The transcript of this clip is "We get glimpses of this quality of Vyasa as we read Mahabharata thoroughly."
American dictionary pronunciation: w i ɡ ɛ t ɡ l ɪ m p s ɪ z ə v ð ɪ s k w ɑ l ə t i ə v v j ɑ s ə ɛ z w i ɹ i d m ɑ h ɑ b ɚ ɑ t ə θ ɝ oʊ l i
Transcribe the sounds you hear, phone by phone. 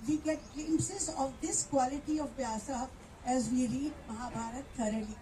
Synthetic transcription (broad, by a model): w i ɡ ɛ t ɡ ɛ m s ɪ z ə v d ɪ s k w ɑ l ə t i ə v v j ɑ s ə ɛ z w i ɹ i d m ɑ h ɑ b ɑ t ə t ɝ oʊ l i